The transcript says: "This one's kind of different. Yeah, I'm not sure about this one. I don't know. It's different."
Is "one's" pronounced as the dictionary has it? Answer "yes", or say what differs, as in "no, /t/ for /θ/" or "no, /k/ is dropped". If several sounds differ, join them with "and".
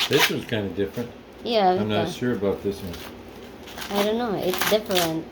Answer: no, /n/ is dropped